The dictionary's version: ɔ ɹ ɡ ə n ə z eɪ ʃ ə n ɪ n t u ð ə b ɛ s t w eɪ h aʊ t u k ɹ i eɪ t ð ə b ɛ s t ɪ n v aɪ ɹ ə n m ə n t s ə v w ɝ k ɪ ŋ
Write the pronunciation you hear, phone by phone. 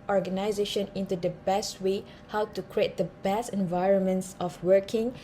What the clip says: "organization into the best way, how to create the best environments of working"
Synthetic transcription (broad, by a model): ɔ ɹ ɡ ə n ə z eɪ ʃ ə n ɪ n t u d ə b ɛ s t w eɪ h aʊ t u k ɹ i eɪ t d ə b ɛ s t ɪ n v aɪ ɹ ə n m ə n t s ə f w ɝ k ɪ ŋ